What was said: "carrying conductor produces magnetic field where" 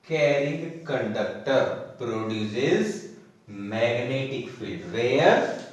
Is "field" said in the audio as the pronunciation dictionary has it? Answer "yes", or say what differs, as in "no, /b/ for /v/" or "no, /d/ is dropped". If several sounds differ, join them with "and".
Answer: no, /l/ is dropped